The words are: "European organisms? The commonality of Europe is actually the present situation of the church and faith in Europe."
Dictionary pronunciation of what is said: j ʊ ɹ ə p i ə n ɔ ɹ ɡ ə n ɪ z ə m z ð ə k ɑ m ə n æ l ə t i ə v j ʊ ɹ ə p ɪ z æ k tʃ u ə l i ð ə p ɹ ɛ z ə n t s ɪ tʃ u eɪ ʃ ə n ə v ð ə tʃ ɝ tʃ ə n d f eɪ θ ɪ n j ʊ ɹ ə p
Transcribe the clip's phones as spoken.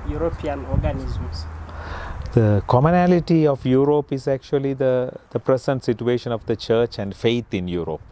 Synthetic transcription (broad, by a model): j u ɹ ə p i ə n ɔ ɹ ɡ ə n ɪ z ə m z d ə k ɑ m ə n æ l ə t i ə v j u ɹ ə p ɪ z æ k tʃ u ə l i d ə p ɹ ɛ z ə n t s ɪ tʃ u eɪ ʃ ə n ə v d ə tʃ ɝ tʃ ə n d f eɪ t ɪ n j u ɹ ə p